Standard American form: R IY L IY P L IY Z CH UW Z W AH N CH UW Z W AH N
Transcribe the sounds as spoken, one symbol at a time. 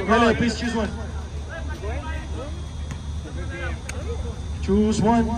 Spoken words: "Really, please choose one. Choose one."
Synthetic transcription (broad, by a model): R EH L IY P IY S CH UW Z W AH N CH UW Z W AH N